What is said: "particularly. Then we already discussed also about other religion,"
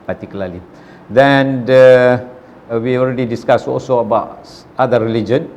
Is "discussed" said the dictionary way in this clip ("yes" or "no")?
no